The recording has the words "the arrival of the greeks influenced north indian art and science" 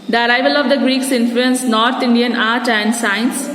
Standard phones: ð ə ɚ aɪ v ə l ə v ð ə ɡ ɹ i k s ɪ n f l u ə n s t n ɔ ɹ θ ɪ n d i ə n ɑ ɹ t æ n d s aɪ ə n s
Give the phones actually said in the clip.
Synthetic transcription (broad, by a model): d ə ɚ aɪ v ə l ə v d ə ɡ ɹ i k s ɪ n f l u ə n s n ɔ ɹ t ɪ n d i ə n ɑ ɹ t æ n d s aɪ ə n s